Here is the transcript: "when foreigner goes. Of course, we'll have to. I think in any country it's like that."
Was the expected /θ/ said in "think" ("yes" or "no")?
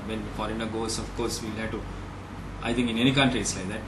no